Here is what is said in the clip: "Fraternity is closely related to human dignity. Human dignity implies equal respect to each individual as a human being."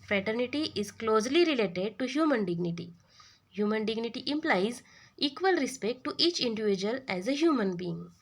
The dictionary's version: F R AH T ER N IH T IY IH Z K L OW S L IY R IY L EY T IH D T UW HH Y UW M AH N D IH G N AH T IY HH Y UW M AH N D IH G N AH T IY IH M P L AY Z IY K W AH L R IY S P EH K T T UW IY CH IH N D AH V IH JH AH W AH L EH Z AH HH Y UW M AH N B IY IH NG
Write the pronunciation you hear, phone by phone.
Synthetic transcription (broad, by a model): F R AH T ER N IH T IY IH Z K L OW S L IY R IY L EY T IH D T UW HH Y UW M AH N D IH G N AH T IY HH Y UW M AH N D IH G N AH T IY IH M P L AY Z IY K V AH L R IY S P EH K T T UW IY CH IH N D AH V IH JH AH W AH L EH Z AH HH Y UW M AH N B IY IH NG